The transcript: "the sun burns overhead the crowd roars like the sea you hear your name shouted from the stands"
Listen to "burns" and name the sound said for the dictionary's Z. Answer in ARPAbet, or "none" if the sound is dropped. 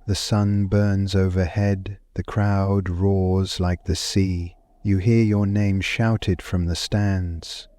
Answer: Z